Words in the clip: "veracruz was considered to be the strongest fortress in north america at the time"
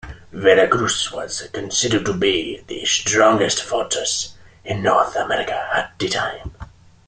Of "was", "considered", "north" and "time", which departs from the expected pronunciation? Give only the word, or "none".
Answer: none